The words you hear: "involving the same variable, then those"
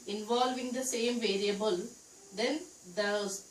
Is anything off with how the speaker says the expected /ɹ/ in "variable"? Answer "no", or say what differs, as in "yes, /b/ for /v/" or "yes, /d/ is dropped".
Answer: no